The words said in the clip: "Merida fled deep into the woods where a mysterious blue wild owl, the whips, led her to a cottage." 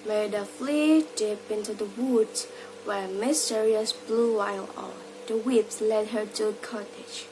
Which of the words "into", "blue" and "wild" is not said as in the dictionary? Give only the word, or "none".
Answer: wild